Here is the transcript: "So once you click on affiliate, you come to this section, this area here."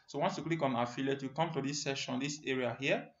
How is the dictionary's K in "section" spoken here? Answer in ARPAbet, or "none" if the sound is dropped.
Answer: none